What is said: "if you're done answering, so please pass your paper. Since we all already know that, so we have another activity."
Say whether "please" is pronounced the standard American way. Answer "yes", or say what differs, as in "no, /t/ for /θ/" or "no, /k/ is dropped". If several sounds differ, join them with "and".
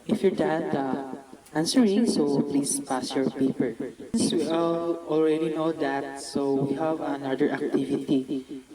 no, /s/ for /z/